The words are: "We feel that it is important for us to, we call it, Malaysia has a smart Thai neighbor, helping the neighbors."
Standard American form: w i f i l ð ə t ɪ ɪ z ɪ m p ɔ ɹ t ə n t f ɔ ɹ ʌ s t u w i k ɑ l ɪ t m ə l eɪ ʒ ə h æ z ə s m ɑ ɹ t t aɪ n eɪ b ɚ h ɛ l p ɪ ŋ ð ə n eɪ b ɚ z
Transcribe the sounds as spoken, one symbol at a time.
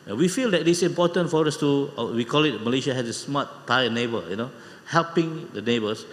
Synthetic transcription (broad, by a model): w i f i l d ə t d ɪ s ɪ m p ɔ t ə n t f ɔ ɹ ʌ s t u w i k ɑ l ɪ t m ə l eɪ ʃ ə h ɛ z ə s m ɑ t t aɪ n eɪ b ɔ h ɛ l p ɪ ŋ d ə n eɪ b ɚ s